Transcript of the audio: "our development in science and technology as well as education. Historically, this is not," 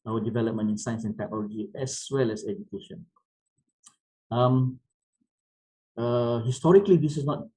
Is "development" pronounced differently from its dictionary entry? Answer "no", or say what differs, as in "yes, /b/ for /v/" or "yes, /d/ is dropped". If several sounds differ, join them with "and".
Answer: yes, /t/ is dropped